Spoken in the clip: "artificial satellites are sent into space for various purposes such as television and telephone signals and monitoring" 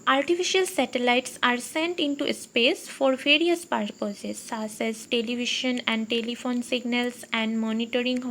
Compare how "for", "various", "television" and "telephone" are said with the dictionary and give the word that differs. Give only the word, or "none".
television